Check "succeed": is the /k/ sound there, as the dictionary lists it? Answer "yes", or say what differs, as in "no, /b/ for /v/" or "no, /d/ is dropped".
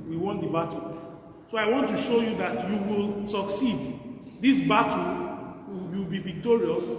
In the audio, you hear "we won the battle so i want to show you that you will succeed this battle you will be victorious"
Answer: yes